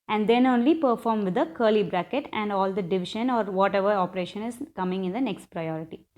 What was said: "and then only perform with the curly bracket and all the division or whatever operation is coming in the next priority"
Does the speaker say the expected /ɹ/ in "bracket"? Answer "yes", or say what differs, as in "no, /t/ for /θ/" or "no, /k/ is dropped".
yes